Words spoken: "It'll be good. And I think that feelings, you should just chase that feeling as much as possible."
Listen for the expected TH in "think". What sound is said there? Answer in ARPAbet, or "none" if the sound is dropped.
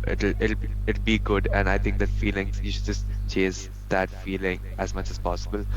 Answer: T